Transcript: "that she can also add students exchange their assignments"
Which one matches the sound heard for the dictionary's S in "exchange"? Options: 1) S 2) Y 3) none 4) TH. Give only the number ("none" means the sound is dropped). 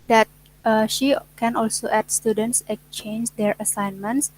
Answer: 3